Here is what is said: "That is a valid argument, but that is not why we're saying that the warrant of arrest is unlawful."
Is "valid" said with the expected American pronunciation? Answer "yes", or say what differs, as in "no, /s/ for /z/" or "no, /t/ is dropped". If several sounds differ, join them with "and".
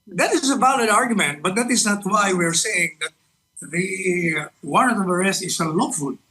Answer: no, /b/ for /v/